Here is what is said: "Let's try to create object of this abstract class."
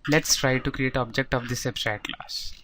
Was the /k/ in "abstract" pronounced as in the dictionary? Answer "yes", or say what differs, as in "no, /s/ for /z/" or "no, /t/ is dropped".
no, /k/ is dropped